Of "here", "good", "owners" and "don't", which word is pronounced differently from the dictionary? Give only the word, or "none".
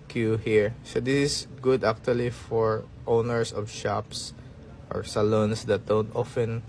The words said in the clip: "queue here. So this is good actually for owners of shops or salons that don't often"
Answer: owners